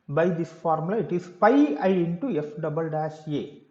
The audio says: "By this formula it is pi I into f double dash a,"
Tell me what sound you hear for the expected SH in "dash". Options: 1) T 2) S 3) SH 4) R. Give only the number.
2